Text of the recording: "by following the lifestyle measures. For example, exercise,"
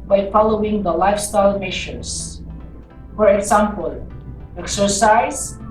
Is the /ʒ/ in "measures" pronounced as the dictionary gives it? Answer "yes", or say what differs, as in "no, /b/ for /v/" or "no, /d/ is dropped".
no, /ʃ/ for /ʒ/